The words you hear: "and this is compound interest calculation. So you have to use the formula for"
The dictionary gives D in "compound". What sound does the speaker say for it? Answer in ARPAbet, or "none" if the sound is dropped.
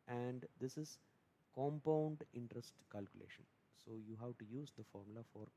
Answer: D